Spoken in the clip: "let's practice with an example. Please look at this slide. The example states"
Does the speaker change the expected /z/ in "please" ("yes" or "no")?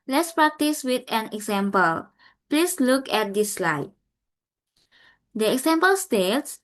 yes